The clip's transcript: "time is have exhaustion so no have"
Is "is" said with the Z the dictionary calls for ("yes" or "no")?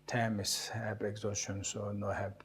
no